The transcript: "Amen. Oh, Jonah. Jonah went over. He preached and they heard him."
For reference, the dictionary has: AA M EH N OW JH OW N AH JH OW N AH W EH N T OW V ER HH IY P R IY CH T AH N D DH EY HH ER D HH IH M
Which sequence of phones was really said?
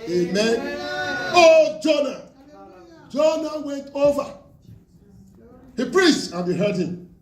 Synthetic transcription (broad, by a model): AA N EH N OW JH OW N AH JH OW N AH W EH N T OW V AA HH IY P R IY S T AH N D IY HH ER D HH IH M